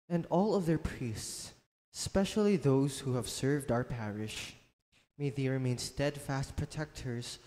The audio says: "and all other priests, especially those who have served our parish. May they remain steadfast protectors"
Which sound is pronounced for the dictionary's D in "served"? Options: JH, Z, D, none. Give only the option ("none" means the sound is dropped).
D